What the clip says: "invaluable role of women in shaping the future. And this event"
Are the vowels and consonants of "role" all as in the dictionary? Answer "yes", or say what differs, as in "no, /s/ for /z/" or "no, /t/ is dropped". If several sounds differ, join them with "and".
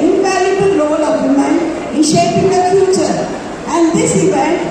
no, /l/ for /ɹ/